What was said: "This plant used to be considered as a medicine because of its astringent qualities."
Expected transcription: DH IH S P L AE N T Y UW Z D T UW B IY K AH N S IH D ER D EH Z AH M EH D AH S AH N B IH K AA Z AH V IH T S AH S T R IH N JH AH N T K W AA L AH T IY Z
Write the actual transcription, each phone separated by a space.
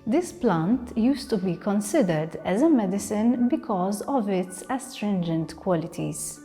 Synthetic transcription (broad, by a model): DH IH S P L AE N T Y UW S T UW B IY K AH N S IH D ER D EH Z AH M EH D AH S AH N B IH K AA Z AH V IH T S AH S T R IH N JH AH N T K W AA L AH T IY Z